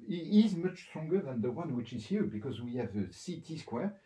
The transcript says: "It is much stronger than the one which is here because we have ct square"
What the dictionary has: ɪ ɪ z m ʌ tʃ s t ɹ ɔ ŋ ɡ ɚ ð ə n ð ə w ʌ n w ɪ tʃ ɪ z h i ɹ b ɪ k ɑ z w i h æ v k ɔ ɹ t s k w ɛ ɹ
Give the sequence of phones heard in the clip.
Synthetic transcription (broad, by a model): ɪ ɪ z m ʌ tʃ s t ɹ ɔ ŋ ɡ ɚ ð ə n ð ə w ʌ n w ɪ tʃ ɪ z h i ɹ b ɪ k ɑ z w i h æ v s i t s k w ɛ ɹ